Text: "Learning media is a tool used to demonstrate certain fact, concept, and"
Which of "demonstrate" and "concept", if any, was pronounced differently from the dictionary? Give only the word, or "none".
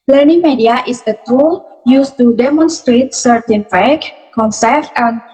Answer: concept